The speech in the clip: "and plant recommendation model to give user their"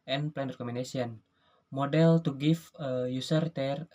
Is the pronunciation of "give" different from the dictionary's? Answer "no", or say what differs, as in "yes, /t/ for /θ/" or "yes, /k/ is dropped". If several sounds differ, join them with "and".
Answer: yes, /f/ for /v/